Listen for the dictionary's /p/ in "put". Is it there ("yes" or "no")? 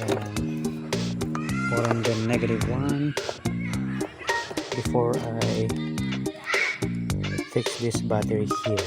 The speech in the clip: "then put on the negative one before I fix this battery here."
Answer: no